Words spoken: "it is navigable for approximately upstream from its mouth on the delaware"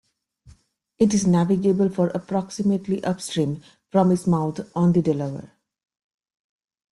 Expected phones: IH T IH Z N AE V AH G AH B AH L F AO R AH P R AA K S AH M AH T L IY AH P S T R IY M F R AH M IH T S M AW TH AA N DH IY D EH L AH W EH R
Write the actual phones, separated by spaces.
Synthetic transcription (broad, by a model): IH T IH Z N AE V AH G AH B AH L F AO R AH P R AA K S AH M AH T L IY AH P S T R IY M F R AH M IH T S M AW T AA N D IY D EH L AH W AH R